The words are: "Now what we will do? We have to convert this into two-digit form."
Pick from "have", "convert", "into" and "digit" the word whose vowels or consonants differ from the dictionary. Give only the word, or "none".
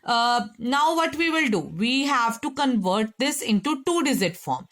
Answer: digit